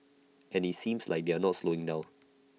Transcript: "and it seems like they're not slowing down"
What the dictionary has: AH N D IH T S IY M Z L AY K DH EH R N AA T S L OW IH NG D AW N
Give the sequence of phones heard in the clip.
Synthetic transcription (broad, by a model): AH N IH T S IY M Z L AY K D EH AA N AA T S L OW IH NG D AW